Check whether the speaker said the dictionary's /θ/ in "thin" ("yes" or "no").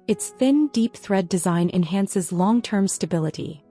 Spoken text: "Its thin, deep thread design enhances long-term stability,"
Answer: yes